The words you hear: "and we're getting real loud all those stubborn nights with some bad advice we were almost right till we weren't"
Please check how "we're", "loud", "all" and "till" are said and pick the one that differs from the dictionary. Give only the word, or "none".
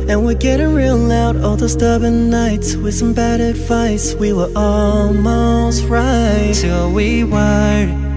we're